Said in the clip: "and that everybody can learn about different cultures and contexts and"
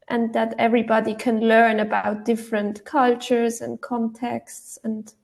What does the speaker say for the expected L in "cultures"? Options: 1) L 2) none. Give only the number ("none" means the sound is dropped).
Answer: 1